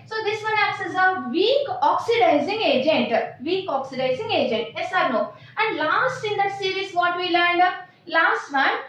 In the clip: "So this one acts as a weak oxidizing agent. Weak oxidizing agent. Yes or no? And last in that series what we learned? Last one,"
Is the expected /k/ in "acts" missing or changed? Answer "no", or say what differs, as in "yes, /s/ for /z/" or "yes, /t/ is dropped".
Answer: yes, /k/ is dropped